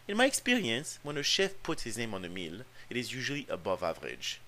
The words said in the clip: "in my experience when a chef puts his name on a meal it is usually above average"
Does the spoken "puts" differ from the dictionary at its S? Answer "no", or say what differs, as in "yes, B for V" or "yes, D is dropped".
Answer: no